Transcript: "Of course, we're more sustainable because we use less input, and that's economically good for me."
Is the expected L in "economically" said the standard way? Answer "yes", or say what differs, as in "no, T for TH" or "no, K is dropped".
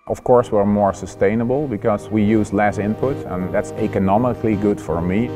yes